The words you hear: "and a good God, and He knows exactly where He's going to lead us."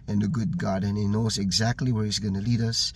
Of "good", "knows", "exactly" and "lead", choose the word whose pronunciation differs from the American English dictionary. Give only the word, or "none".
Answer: none